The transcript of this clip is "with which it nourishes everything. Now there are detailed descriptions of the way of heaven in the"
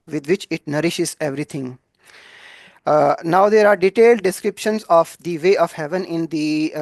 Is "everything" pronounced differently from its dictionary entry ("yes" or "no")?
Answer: yes